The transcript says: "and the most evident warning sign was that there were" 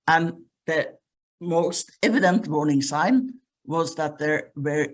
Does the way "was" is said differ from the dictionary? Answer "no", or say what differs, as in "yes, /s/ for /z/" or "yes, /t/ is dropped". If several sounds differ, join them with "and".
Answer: no